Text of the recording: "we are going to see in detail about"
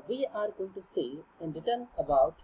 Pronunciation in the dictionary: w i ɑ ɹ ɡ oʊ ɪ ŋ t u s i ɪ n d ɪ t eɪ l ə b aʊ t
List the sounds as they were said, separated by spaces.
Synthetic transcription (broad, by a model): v i ɑ ɹ ɡ oʊ ɪ ŋ t u s i ɪ n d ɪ t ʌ n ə b aʊ t